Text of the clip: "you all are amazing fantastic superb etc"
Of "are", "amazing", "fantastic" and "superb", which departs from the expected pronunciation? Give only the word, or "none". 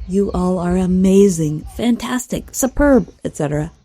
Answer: none